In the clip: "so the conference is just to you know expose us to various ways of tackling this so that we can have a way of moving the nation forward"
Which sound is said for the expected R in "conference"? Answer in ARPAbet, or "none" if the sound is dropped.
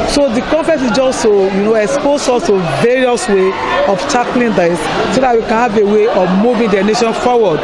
none